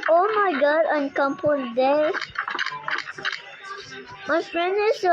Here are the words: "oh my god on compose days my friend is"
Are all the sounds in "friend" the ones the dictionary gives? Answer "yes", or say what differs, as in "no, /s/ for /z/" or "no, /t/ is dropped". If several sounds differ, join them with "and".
no, /d/ is dropped